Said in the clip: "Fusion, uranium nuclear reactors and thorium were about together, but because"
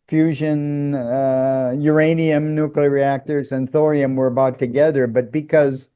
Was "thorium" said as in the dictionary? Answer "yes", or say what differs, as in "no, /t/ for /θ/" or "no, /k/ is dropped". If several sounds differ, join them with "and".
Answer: yes